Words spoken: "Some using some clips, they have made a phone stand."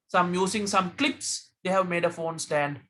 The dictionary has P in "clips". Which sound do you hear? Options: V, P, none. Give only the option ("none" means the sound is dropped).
P